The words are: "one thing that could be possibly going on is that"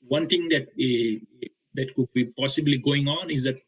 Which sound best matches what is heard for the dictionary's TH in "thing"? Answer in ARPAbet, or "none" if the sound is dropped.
T